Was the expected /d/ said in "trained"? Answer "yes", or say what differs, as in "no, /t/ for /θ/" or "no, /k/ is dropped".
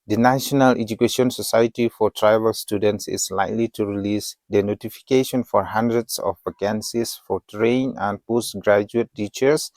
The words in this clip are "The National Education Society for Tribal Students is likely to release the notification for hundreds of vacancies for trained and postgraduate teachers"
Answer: no, /d/ is dropped